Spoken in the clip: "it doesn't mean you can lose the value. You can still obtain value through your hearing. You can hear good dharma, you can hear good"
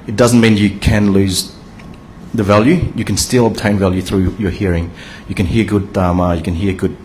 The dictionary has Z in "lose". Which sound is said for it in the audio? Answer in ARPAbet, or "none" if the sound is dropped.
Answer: Z